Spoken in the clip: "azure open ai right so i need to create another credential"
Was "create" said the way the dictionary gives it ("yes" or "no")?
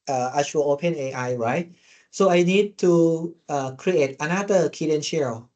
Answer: yes